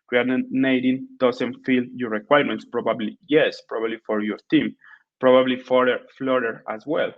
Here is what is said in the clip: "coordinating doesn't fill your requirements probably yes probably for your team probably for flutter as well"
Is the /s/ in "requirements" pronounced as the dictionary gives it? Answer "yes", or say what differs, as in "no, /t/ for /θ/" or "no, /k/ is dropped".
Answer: yes